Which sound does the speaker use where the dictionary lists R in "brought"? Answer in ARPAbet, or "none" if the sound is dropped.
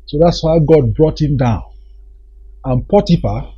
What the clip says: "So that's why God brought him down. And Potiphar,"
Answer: R